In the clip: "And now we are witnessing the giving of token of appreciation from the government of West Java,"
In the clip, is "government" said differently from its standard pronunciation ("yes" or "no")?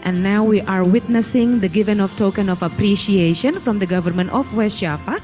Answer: no